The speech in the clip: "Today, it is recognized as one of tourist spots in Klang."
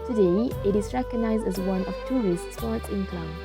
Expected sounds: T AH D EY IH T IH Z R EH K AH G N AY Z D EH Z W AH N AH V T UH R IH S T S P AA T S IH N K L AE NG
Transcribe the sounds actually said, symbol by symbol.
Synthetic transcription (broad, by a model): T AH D EY IH T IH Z R EH K AH G N AY Z D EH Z W AH N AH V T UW R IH S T S AA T IH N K L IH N